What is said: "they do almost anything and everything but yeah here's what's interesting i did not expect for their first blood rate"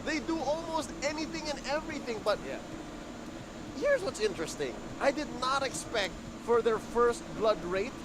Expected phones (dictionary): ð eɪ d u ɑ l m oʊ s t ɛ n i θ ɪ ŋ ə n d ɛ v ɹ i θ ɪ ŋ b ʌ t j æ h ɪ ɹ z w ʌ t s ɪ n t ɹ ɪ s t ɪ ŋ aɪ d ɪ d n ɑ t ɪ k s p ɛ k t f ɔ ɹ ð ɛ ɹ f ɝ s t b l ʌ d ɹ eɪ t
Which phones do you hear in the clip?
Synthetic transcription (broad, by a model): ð eɪ d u ɑ l m oʊ s t ɛ n i θ ɪ ŋ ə n ɛ v ɹ i θ ɪ ŋ b ʌ t j æ h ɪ ɹ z w ʌ t s ɪ n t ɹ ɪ s t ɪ ŋ aɪ d ɪ d n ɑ t ɪ k s p ɛ k t f ɔ ɹ ð ɛ ɹ f ɝ s t b l ʌ d ɹ eɪ t